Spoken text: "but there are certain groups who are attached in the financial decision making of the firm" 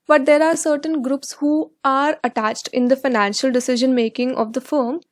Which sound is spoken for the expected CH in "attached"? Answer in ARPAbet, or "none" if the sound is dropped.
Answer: CH